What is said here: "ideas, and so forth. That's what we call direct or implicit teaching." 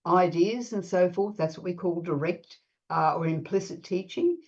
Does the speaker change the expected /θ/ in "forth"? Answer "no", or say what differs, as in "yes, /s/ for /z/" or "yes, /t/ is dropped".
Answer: no